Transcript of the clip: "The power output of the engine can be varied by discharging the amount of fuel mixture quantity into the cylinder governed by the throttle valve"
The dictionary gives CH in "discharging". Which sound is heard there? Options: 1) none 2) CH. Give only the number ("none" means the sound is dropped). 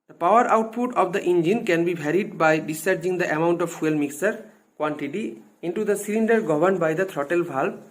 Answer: 1